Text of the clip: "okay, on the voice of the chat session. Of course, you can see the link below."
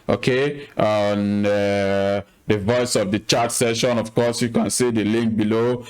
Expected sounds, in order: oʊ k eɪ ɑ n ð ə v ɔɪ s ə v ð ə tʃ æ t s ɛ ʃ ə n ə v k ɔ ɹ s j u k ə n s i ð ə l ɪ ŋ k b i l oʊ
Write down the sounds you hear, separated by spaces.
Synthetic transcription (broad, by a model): oʊ k eɪ ɑ n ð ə v ɔɪ s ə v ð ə tʃ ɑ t s ɛ ʃ ə n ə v k ɔ s j u k ə n s i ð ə l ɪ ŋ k b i l oʊ